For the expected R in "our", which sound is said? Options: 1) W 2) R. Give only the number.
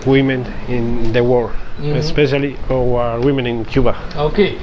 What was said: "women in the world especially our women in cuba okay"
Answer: 1